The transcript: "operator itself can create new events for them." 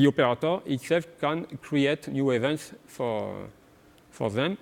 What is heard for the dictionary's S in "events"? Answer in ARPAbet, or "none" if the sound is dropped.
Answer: S